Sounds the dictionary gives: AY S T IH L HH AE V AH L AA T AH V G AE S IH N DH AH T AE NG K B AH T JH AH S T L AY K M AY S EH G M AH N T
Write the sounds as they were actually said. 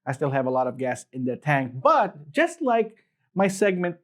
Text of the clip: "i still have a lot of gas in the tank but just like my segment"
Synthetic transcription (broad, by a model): AY S T IH L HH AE V AH L AA T AH V G AE S IH N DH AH T AE NG K B AH T JH AH S T L AY K M AY S EH G M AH N T